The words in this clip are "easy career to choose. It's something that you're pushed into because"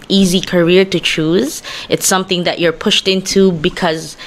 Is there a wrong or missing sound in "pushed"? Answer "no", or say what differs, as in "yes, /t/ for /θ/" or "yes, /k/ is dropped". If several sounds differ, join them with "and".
no